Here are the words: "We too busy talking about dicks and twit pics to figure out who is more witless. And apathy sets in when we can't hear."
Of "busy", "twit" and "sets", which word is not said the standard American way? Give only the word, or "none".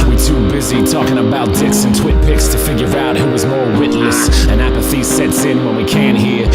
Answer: none